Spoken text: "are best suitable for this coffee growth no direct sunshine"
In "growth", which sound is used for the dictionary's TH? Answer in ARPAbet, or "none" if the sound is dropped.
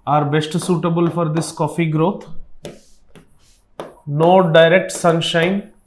T